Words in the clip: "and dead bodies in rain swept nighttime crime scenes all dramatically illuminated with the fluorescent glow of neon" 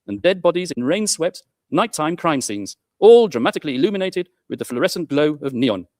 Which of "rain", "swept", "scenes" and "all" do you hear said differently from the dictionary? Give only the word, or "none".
none